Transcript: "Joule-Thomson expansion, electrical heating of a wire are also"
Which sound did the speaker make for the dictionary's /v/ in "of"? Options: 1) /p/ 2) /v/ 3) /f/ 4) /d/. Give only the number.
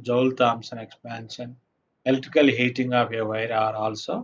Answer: 1